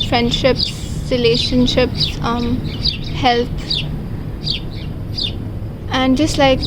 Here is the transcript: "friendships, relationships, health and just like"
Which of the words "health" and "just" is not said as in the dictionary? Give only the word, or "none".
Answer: health